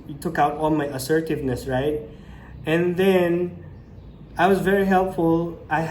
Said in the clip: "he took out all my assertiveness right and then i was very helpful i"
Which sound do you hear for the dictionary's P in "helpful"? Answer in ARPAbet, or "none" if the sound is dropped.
P